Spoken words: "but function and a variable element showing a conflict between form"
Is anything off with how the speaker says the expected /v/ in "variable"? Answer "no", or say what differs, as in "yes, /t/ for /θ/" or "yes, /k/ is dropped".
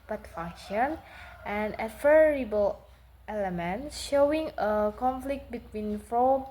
yes, /f/ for /v/